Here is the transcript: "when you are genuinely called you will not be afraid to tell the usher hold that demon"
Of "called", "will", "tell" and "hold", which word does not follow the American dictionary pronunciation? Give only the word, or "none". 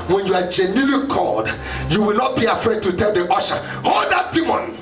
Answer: none